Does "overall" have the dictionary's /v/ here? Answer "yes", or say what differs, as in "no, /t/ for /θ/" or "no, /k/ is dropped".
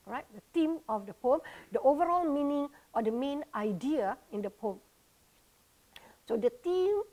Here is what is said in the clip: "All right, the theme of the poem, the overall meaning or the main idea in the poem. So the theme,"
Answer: yes